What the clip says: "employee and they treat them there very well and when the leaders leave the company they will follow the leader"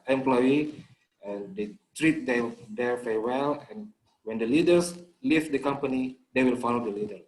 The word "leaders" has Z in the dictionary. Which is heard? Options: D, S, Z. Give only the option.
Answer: S